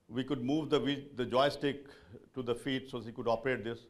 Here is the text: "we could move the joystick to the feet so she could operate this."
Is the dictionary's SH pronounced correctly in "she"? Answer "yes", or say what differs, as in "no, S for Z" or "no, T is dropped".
no, S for SH